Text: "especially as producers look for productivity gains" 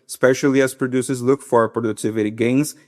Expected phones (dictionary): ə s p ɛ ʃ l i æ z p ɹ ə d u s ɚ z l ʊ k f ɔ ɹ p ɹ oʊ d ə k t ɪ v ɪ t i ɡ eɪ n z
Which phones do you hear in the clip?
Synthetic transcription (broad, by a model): s p ɛ ʃ l i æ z p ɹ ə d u s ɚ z l ʊ k f ɔ ɹ p ɹ oʊ d ə k t ɪ v ɪ t i ɡ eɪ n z